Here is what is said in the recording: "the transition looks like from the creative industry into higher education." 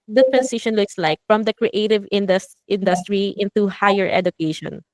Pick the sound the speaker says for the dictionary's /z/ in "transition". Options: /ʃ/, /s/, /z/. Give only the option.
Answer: /s/